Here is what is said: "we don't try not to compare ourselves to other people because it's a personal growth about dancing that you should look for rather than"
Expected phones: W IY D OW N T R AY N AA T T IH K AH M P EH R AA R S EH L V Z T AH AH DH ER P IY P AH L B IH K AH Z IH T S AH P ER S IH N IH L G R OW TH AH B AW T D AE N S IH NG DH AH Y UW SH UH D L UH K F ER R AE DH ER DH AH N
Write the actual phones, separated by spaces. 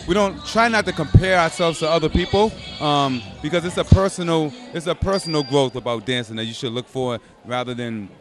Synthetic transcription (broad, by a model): W IY D OW N T R AY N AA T T IH K AH M P EH R AA R S EH L V Z T AH AH DH ER P IY P AH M B IH K AH Z IH T S AH P ER S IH N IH L G R OW TH AH B AW T D AE N S IH NG DH AH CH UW SH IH D L UH K F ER R AE DH ER DH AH N